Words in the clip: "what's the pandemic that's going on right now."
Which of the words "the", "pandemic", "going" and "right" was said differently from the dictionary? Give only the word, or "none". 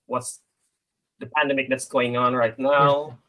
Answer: none